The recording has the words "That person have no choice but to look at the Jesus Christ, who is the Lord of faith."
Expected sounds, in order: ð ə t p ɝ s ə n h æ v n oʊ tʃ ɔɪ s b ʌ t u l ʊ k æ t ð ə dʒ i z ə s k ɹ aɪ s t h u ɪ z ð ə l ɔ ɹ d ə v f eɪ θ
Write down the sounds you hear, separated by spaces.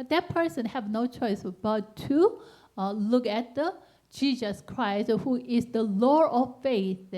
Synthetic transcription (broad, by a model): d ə t p ɝ s ə n h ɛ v n oʊ tʃ ɔɪ s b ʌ t u l ʊ k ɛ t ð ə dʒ i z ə s k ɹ aɪ s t h u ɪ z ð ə l ɔ ɹ ə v f eɪ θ